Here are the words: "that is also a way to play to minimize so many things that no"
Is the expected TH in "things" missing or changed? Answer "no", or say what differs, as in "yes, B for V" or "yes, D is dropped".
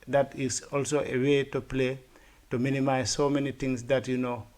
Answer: yes, T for TH